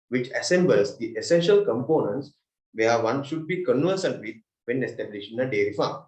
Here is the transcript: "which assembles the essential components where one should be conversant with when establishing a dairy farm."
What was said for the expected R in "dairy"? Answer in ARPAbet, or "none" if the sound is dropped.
R